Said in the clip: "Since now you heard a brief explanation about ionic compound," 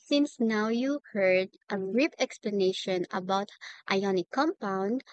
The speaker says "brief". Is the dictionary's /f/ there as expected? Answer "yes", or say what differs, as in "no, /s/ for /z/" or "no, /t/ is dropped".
no, /p/ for /f/